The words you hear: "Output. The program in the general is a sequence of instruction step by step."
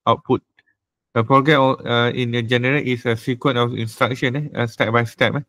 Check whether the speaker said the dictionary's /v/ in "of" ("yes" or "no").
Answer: no